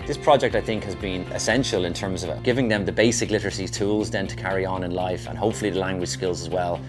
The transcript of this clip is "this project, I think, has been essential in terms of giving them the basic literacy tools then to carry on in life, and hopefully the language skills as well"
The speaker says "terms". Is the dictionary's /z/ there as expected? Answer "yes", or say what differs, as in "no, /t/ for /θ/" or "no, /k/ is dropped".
yes